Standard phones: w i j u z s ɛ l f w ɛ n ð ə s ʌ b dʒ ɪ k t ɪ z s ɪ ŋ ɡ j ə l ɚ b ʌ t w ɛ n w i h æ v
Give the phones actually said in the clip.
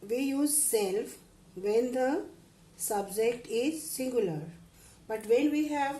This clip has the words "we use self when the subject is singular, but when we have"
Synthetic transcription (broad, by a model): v i j u z s ɛ l f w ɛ n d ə s ʌ b dʒ ɪ k t ɪ z s ɪ ŋ ɡ j ə l ɚ b ʌ t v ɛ n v i h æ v